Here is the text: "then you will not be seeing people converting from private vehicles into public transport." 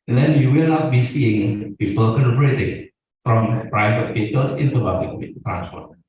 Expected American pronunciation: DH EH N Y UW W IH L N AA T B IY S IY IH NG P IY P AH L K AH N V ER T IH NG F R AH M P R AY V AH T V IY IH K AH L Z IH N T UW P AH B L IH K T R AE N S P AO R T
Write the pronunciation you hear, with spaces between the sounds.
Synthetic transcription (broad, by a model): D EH N Y UW W IH L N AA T B IY S IY IH NG P IY P AH L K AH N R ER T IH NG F R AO M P R AY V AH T F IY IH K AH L S IH N T UW B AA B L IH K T R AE N S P AO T